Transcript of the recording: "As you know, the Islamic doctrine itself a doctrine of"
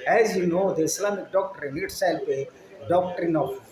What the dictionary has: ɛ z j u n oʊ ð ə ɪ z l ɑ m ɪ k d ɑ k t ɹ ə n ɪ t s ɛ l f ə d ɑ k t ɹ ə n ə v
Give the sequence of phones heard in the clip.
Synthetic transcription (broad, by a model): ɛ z j u n oʊ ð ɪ s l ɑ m d ɑ k t ɹ ə n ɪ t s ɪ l p ə d ɑ k t ɹ ə n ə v